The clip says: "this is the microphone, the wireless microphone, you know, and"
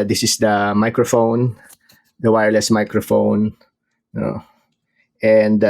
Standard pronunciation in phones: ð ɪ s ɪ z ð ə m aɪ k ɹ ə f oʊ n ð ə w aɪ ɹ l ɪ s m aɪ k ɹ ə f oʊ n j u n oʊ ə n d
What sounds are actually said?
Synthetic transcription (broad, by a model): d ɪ s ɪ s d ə m aɪ k ɹ ə f oʊ n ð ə w aɪ ɹ l ɪ s m aɪ k ɹ ə f oʊ n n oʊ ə n d